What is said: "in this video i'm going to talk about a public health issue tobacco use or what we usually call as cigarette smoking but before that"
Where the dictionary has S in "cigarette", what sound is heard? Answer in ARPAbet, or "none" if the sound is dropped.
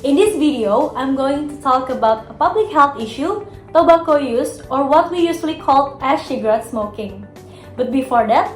SH